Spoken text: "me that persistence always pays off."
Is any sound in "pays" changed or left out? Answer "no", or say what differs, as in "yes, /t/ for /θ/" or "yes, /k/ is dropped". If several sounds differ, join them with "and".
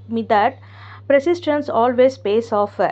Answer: yes, /s/ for /z/